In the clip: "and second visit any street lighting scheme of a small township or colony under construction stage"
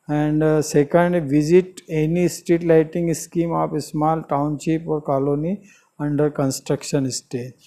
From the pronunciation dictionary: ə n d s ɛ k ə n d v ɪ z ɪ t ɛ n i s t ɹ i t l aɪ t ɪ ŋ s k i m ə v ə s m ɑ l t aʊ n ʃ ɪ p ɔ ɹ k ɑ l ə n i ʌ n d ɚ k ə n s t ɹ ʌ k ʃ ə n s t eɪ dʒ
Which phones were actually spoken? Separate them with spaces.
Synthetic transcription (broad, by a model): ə n d s ɛ k ə n d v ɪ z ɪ t ɛ n i s t i t l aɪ t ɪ ŋ s k i m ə p ə s m ɑ l t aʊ n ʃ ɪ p ɔ ɹ k ɑ l ə n i ʌ n d ɚ k ə n s t ɹ ʌ k ʃ ə n s t eɪ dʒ